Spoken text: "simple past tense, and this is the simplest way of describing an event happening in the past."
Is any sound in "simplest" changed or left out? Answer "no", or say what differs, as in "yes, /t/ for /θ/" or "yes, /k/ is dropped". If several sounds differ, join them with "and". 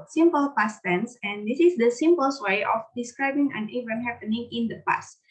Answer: yes, /l/ is dropped